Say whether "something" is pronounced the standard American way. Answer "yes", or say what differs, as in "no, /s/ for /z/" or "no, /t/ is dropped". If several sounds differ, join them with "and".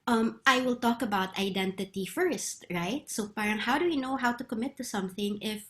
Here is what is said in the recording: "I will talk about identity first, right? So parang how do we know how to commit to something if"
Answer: yes